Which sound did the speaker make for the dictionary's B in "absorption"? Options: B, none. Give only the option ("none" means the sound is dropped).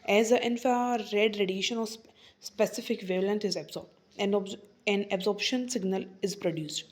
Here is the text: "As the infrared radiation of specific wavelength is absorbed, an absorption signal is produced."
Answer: B